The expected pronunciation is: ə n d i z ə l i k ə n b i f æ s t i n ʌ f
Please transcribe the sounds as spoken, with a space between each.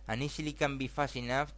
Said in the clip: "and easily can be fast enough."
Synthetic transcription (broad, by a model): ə n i s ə l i k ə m b i f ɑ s i n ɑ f